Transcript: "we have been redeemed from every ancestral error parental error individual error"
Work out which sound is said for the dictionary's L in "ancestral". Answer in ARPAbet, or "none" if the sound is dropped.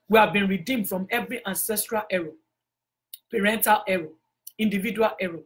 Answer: L